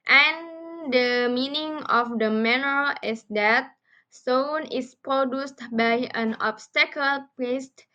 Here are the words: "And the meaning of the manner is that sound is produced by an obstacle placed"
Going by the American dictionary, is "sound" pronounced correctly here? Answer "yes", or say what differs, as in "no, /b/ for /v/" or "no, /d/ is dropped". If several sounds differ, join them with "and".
no, /d/ is dropped